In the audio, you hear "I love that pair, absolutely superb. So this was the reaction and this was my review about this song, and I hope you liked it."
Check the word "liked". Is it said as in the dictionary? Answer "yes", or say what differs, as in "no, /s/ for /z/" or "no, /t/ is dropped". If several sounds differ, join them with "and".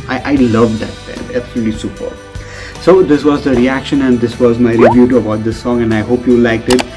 yes